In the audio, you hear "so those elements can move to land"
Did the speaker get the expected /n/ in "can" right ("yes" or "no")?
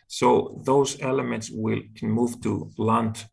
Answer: no